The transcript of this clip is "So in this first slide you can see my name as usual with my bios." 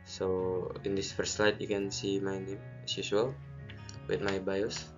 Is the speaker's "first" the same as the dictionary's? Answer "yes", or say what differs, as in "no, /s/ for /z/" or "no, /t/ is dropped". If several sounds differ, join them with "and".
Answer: yes